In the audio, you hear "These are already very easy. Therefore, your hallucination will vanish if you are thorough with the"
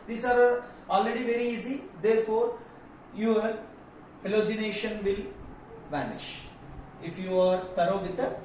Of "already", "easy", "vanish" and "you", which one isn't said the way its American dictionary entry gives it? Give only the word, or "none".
none